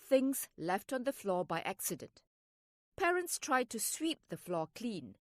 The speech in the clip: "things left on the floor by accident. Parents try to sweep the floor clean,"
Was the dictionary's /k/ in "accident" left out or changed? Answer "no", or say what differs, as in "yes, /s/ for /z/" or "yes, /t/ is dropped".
no